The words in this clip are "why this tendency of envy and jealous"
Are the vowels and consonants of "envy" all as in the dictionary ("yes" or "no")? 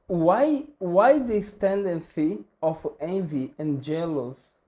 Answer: yes